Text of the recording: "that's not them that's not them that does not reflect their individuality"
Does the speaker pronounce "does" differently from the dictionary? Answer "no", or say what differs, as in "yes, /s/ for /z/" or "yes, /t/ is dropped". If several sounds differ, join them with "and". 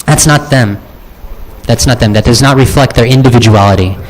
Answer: no